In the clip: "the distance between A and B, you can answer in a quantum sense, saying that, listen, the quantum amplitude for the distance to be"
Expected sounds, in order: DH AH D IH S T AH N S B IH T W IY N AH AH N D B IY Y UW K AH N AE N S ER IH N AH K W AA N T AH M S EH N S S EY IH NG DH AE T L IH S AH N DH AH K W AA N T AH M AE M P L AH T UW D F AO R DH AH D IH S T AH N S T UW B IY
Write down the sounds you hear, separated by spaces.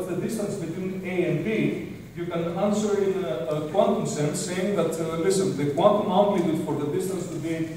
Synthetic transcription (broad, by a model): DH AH D IH S T AH N S B IH T W IY N AH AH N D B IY Y UW K AH N AE N S ER IH N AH K W AA N T AH M S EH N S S EY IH NG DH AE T L IH S AH N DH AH K W AA N T AH M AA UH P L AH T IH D F AO R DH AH D IH S T AH N S T UW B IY